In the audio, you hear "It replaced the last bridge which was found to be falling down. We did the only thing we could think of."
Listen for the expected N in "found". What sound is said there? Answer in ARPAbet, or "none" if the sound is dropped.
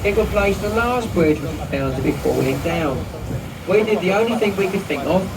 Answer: L